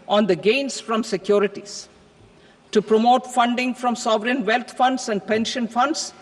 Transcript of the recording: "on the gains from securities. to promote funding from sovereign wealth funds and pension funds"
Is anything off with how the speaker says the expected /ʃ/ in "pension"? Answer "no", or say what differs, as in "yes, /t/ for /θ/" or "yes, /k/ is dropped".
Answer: no